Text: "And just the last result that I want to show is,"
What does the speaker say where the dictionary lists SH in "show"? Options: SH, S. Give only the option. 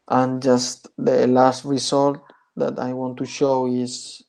SH